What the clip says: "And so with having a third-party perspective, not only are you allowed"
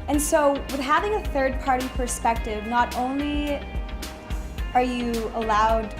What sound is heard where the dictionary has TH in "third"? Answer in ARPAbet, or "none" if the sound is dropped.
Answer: TH